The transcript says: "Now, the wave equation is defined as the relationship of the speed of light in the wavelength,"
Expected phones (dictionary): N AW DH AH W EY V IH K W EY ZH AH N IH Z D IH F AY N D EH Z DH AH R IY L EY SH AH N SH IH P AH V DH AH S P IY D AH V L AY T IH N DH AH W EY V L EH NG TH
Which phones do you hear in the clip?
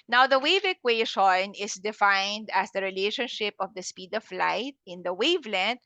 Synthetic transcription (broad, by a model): N AW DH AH W EY V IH K W EY SH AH N IH S D IH F AY N D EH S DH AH R IY L EY SH AH N SH IH P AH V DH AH S P IY D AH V L AY T IH N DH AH W EY V L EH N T